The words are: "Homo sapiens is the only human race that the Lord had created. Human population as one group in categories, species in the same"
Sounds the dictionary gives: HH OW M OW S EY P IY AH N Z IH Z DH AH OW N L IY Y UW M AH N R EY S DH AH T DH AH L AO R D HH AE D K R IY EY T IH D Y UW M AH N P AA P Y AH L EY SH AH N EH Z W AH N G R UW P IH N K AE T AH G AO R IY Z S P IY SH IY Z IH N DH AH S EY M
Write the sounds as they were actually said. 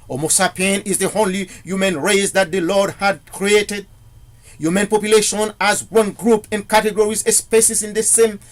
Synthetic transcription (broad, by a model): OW M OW S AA P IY N IH Z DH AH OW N L IY Y UW M AH N R EY S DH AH T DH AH L AO R D HH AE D K R IY EY T IH D Y UW M AH N P AA P Y AH L EY SH AH N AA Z W AH N G R UW P IH N K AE T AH G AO R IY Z S P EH S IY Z IH N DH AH S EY M